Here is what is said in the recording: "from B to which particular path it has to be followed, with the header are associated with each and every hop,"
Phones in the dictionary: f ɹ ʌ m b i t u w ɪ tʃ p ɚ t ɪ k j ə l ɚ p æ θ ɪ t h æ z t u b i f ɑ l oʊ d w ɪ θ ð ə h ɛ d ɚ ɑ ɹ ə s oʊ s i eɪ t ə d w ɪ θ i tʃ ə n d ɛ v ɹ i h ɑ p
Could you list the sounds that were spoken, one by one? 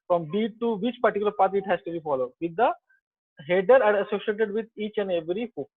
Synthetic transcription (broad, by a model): f ɹ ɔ m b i t u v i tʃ p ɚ t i k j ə l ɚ p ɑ t ɪ t h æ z t u b i f ɑ l oʊ d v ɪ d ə h ɛ d ɚ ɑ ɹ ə s oʊ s i eɪ t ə d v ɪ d i tʃ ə n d ɛ v ɹ i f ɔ